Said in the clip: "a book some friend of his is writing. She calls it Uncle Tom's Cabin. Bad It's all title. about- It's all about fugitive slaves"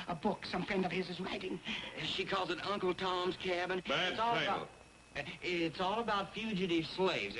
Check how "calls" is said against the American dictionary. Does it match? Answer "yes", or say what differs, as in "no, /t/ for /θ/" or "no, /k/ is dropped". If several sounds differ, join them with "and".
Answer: yes